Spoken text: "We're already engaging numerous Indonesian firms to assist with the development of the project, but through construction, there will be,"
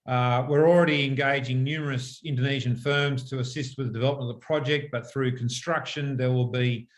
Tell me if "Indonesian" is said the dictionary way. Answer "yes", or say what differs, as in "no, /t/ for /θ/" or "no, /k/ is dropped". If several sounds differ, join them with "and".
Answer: yes